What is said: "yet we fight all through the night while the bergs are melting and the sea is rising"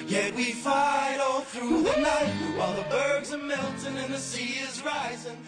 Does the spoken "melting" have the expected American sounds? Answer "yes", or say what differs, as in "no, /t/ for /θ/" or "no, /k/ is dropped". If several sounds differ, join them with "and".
no, /n/ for /l/